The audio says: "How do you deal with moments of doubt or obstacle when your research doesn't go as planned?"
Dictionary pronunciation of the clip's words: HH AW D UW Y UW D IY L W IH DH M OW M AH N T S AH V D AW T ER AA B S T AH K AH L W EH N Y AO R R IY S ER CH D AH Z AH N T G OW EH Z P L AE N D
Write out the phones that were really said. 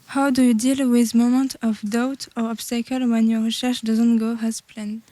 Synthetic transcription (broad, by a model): HH AW D UW Y UW D IY L W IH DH M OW M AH N T AH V D AW T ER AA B S T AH K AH L W EH N Y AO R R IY SH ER SH D AH Z AH N T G OW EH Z P L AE N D